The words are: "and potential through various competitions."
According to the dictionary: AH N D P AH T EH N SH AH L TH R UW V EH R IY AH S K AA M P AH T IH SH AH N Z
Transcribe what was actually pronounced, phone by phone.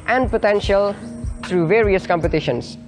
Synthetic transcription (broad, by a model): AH N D P AH T EH N SH AH L T R UW V EH R IY AH S K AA M P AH T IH SH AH N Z